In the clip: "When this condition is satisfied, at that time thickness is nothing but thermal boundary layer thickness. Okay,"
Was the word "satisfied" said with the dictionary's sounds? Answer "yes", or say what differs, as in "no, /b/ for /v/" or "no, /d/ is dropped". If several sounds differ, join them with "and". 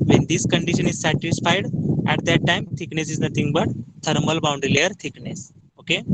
yes